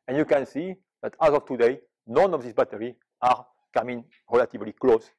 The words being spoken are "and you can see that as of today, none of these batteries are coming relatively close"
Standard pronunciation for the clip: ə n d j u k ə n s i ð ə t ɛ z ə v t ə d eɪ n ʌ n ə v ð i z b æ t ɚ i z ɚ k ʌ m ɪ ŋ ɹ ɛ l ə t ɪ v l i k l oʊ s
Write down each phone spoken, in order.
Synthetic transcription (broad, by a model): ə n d j u k ə n s i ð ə t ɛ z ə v t ə d eɪ n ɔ n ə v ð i s b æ t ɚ i ɑ k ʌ m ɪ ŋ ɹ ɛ l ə t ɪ v l i k l oʊ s